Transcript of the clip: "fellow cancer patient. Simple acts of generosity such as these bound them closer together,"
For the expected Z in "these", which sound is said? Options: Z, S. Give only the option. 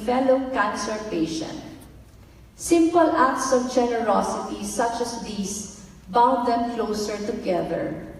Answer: S